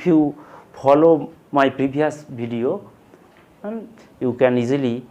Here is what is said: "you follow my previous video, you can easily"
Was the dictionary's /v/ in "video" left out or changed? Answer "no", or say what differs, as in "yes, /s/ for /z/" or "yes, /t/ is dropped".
yes, /b/ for /v/